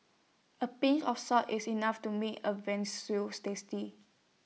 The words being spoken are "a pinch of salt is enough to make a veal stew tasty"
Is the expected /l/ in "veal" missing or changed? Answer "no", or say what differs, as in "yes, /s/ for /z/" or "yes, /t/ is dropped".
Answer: yes, /n/ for /l/